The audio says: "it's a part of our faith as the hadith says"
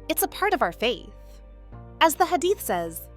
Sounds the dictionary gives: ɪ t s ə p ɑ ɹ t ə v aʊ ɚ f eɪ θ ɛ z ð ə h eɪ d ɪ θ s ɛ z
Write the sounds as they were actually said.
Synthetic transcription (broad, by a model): ɪ t s ə p ɑ ɹ t ə v aʊ ɚ f eɪ θ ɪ z ð ə h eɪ d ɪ θ s ɛ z